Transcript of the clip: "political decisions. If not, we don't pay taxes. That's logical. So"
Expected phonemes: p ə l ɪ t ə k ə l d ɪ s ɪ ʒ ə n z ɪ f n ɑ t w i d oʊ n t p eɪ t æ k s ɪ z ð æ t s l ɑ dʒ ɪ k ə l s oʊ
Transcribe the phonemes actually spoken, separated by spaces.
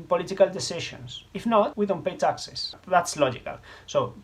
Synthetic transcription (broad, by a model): p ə l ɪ t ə k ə l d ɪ s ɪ ʃ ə n s ɪ f n ɑ t w i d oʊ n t p eɪ t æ k s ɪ s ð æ t s l ɑ dʒ ɪ k ə l s oʊ